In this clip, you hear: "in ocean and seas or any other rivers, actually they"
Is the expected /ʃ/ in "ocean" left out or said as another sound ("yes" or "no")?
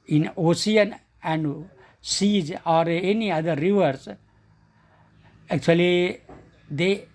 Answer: yes